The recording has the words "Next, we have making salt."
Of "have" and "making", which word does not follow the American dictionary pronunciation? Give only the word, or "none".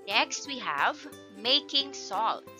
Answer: none